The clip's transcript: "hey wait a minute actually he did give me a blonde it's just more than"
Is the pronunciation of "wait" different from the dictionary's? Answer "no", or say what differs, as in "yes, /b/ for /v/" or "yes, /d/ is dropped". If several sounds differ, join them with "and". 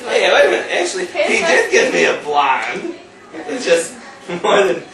yes, /t/ is dropped